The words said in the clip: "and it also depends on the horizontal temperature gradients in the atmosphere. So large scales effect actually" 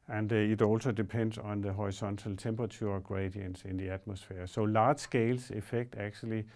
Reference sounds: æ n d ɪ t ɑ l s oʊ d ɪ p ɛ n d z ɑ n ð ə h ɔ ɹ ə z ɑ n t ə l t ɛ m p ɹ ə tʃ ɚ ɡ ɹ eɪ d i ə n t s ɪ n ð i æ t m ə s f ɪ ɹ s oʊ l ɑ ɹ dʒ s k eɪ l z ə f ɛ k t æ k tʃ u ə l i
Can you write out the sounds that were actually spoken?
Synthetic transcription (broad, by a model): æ n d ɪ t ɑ l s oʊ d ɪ p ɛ n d s ɑ n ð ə h ɔ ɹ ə s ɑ n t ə l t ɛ m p ɹ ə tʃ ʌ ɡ ɹ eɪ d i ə n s ɪ n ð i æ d m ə s f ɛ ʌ s oʊ l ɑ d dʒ s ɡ eɪ l s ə f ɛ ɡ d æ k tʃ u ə l i